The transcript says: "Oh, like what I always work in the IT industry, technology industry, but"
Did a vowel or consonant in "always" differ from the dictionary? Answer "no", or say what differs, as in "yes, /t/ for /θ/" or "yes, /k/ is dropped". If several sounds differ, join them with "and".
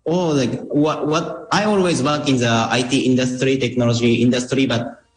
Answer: no